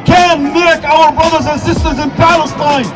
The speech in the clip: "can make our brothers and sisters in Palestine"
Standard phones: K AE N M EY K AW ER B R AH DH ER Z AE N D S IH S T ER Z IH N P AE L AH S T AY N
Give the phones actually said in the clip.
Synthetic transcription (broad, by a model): K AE N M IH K AW ER B R AH DH ER Z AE N S IH S T ER Z IH N P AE L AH S T AY N